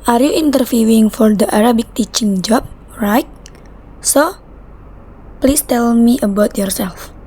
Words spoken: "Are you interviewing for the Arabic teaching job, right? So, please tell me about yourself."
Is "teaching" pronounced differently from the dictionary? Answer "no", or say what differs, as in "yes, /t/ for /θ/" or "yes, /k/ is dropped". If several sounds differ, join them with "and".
no